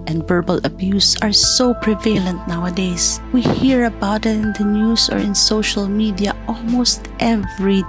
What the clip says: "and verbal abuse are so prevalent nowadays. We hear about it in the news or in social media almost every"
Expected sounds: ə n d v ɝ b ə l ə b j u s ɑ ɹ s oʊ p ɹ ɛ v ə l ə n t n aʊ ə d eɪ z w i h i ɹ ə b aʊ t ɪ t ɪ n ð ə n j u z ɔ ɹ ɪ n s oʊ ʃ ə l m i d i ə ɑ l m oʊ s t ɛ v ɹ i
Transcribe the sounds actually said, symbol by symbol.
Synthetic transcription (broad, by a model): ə n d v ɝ b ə l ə b j u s ɑ ɹ s oʊ p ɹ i v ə l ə n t n aʊ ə d eɪ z w i h i ɹ ə b aʊ t ɪ t ɪ n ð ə n j u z ɔ ɹ ɪ n s oʊ ʃ ə l m i d i ə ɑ l m oʊ s t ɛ v ɹ i